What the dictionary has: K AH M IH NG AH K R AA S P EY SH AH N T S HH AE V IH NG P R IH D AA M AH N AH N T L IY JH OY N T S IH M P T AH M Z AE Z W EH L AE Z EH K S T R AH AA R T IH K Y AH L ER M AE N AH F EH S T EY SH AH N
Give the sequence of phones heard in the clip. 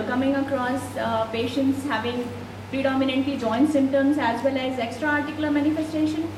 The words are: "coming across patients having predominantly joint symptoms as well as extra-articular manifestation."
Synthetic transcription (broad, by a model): K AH M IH NG AH K R AA S P EY SH AH N T S HH AE V IH NG P R IH D AA M AH N AH N T L IY JH OY N T S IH M T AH M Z AE Z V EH L AE Z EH K S T R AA R T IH K Y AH L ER M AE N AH F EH S T EY SH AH N